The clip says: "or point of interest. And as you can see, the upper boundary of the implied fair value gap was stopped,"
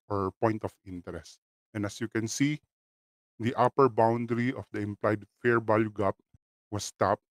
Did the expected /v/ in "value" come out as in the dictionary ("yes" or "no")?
no